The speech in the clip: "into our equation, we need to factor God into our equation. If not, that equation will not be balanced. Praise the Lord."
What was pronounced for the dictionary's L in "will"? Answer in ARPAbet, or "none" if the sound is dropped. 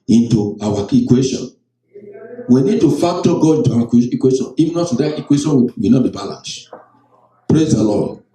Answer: W